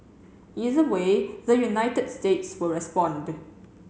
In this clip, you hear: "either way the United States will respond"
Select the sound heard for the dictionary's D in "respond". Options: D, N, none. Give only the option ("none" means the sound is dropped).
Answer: D